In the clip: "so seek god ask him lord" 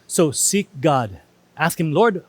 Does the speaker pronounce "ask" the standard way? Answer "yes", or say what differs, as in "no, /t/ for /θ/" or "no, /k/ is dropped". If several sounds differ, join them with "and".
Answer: yes